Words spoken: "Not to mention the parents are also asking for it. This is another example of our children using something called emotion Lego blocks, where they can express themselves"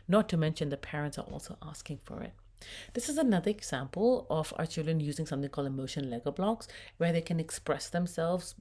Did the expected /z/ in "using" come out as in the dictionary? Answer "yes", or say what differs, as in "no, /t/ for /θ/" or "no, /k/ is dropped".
yes